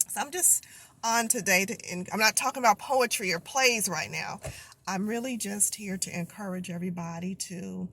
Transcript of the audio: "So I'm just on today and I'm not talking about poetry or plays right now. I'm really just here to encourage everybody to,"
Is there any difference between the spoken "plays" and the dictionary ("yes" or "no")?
no